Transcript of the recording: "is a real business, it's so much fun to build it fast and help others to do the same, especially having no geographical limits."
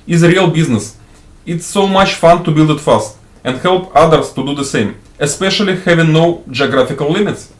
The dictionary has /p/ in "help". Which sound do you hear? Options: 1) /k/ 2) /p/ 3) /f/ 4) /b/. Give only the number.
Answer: 2